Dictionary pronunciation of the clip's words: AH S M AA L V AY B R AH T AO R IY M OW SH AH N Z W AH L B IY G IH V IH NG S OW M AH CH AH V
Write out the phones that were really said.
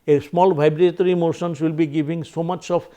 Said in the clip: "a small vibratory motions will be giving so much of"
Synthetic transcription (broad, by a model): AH S M AA L B AY B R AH T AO R IY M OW S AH N S W AH L B IY G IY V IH NG S OW M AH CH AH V